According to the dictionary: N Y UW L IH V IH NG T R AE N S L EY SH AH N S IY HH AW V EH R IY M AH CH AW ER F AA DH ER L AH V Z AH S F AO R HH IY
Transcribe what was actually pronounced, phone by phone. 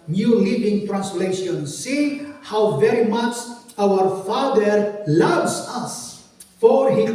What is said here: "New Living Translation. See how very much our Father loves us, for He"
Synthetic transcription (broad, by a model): N Y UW L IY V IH NG T R AE N S L EY SH AH N S IY HH AW V EH R IY M AH CH AW ER F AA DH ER L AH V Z AH S F AO R HH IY